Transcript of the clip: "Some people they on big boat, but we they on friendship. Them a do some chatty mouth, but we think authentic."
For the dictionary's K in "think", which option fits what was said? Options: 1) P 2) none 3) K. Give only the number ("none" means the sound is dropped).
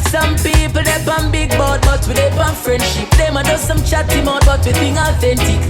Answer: 2